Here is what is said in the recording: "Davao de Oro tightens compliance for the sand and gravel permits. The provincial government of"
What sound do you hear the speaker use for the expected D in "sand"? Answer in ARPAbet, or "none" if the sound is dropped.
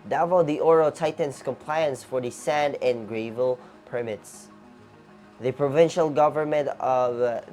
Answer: D